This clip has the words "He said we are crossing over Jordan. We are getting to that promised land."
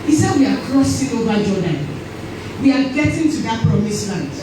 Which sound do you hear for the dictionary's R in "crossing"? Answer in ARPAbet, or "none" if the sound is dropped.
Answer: R